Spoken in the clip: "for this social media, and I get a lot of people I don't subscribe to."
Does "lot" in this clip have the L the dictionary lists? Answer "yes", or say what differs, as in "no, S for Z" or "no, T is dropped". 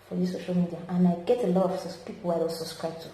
yes